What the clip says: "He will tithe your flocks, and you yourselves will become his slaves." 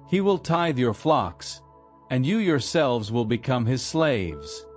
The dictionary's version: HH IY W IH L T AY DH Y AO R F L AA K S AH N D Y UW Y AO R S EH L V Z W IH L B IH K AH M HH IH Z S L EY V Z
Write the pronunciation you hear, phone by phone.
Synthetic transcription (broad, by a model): HH IY W IH L T AY DH Y AO R F L AA K S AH N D Y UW Y AO R S EH L V Z W IH L B IH K AH M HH IH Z S L EY V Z